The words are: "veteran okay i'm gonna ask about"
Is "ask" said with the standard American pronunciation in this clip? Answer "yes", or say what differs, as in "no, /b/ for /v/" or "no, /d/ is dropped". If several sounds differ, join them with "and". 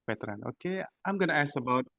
no, /k/ is dropped